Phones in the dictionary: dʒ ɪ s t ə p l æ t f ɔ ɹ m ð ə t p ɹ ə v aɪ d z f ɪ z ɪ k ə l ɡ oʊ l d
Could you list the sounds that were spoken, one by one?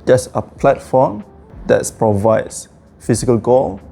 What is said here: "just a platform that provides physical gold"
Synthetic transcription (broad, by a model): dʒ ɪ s ə p l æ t f ɔ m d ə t p ɹ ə v aɪ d s f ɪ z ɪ k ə l ɡ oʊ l